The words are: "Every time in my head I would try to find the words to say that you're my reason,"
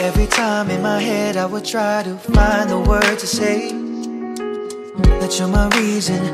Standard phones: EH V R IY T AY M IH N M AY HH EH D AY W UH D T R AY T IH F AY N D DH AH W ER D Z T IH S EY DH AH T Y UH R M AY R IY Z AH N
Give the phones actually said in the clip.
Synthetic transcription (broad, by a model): EH V R IY T AY M IH N M AY HH EH D AY W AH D T R AY T IH F AY N DH AH W ER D T IH S EY DH AH T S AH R M AY R IY Z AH N